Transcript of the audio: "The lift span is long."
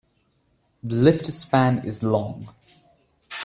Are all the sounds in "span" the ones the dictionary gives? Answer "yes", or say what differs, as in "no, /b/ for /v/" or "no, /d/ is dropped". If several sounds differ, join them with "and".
yes